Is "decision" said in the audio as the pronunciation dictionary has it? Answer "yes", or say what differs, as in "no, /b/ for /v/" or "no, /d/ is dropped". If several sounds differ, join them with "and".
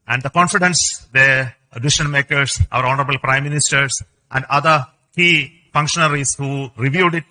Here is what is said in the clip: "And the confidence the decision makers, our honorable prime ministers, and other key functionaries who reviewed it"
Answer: no, /ʃ/ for /ʒ/